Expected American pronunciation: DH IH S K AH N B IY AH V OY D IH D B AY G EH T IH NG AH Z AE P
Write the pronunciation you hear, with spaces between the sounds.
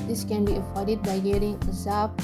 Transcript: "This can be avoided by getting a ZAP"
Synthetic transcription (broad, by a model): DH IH S K AH N B IY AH F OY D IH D B AY G EH T IH NG AH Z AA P